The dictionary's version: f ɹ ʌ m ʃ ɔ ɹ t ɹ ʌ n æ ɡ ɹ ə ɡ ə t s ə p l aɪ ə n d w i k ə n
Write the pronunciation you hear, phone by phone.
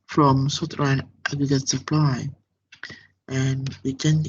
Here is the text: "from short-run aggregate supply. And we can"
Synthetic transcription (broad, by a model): f ɹ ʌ m s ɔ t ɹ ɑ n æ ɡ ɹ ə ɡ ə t s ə p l aɪ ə n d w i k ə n